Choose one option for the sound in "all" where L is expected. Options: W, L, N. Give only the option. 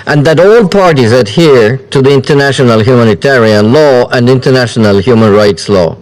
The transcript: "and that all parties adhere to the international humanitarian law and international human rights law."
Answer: L